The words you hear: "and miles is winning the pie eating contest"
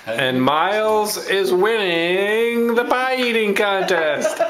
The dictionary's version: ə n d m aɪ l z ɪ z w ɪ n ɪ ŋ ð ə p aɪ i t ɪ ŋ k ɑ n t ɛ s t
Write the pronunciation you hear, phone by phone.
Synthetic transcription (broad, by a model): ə n m aɪ l z ɪ z w ɪ n ɪ ŋ ð ə b aɪ i t ɪ ŋ k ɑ n t ɛ s t